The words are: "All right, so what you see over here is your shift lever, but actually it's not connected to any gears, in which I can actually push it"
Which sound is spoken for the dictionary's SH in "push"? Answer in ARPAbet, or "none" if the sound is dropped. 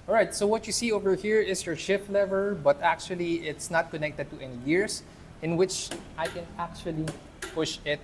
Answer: SH